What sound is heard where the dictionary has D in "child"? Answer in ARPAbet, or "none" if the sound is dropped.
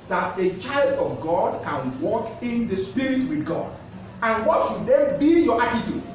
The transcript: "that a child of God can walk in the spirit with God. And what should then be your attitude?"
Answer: D